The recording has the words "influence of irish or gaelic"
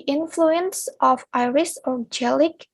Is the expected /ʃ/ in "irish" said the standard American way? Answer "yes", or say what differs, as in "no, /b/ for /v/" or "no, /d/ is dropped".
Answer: no, /s/ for /ʃ/